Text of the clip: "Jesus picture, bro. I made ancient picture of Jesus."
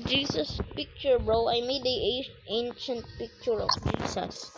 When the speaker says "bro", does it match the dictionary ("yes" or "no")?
yes